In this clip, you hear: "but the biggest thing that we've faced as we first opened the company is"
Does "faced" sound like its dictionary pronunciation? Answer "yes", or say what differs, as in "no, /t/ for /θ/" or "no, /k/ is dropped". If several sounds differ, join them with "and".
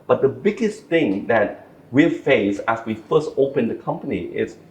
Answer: no, /t/ is dropped